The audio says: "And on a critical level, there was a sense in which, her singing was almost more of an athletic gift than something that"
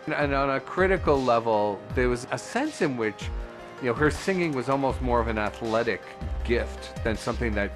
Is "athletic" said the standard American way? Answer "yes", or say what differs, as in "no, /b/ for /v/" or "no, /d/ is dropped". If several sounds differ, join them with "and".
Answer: yes